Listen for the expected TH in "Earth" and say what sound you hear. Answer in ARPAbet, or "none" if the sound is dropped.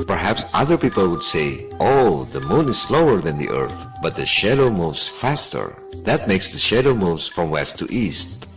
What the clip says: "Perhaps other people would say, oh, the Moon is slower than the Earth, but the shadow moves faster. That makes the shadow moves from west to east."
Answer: TH